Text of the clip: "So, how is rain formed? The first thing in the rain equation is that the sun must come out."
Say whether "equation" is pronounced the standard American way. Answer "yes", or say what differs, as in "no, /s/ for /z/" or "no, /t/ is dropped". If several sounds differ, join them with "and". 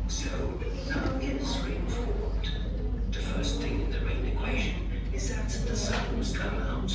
yes